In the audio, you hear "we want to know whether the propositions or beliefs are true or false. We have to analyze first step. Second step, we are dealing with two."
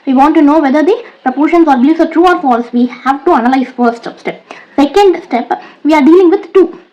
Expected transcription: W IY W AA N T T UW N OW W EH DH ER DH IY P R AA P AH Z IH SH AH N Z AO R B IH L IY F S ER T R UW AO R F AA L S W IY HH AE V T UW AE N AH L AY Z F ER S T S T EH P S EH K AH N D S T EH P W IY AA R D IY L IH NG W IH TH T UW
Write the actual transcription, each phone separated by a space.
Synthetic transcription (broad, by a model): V IY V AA N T T UW N OW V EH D ER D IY P R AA P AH SH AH N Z AO R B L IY S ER T R UW AO R F AA L S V IY HH AE V T UW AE N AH L AY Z F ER S T S T EH P S EH K AH N D S T EH P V IY AA R D IY L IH NG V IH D T UW